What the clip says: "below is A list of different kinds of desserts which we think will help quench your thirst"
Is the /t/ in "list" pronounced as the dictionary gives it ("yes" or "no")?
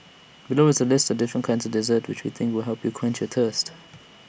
yes